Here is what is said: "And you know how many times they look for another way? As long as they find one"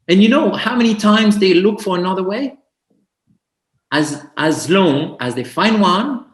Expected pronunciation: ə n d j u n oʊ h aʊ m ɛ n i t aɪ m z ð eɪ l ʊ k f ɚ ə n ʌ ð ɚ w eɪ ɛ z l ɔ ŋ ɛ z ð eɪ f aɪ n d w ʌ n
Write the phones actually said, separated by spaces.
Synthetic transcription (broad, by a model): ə n j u n oʊ h aʊ m ɛ n i t aɪ m z ð eɪ l ʊ k f ɚ ə n ʌ ð ɚ w eɪ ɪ z l ɔ ŋ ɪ z ð eɪ f aɪ n d w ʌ n